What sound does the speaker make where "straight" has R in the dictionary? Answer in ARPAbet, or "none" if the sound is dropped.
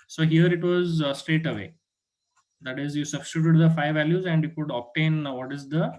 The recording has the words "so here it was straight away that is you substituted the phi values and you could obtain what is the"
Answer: R